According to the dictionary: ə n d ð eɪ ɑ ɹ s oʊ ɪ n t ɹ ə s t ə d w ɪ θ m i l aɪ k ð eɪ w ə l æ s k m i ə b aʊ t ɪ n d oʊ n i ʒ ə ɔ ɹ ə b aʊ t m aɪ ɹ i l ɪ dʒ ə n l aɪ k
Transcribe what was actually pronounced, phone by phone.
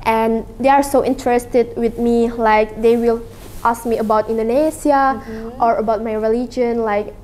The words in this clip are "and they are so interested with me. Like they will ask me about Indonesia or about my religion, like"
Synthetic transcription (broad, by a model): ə n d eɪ ɑ ɹ s oʊ ɪ n t ɹ ə s t ə d w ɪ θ m i l aɪ k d eɪ w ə l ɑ s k m i ə b aʊ t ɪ n d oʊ n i s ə ɔ ɹ ə b aʊ t m aɪ ɹ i l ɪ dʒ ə n l aɪ k